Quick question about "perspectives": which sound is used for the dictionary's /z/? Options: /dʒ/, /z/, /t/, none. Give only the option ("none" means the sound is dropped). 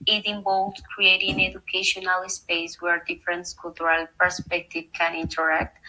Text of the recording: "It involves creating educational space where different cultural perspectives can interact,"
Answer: none